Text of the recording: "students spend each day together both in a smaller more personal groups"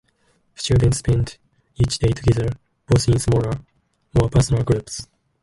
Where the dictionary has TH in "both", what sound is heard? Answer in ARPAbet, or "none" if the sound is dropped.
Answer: S